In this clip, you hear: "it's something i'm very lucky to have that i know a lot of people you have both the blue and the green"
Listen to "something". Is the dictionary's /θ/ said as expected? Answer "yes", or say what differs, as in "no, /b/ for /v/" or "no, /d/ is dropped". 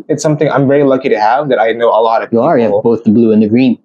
yes